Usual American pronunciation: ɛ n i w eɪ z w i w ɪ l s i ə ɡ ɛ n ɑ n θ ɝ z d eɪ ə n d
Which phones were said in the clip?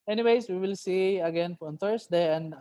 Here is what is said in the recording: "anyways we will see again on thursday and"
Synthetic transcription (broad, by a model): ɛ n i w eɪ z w i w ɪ l s i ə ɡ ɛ n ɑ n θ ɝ s d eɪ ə n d